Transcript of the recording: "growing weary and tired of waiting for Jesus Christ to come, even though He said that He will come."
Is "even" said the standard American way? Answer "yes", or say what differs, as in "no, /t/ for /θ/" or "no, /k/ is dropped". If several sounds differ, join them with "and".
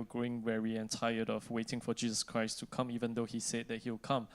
yes